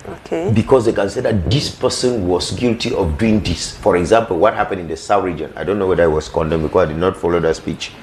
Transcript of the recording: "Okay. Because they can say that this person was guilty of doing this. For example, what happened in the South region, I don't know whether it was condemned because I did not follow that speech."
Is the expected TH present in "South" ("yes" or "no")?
no